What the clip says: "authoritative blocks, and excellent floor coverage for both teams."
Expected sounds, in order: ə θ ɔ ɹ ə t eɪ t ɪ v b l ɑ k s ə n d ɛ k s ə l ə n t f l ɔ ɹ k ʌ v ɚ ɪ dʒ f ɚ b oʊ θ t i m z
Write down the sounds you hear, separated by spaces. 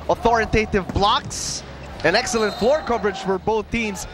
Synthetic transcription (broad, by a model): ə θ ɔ ɹ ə t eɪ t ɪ v b l ɑ k s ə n ɛ k s ə l ə n t f l ɔ ɹ k ʌ v ɚ ɪ dʒ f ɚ b oʊ θ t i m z